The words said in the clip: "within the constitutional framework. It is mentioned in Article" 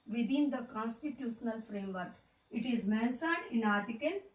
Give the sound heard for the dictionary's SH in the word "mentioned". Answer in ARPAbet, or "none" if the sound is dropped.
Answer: S